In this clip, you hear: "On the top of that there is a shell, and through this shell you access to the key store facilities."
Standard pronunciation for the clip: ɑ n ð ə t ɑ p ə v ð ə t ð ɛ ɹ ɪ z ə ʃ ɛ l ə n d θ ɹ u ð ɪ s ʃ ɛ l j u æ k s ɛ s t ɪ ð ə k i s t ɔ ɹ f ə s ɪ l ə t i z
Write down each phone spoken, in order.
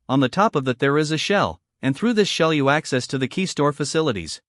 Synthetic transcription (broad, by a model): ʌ n ð ə t ɑ p ə v ð ə t ð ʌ ɹ ɪ z ə ʃ ɛ l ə n θ ɹ u ð ɪ s ʃ ɛ l j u æ k s ɛ s t ɪ ð ə k i s t ɔ ɹ f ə s ɪ l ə t i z